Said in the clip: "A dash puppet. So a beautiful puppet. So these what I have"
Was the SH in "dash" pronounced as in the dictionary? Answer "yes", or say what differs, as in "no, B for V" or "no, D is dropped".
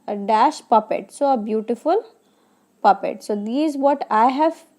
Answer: yes